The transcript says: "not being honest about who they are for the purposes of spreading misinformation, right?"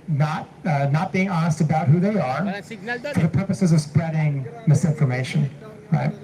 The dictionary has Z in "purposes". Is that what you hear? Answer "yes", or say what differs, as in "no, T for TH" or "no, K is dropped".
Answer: yes